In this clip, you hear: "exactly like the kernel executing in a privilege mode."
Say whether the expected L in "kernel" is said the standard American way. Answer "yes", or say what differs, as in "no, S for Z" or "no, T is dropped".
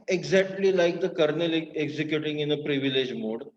yes